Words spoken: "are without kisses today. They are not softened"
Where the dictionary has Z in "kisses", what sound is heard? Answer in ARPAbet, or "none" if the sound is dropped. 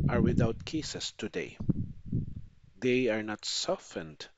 S